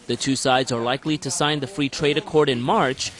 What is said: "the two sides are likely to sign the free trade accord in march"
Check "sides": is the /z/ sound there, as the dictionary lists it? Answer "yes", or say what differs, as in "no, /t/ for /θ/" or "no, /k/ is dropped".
yes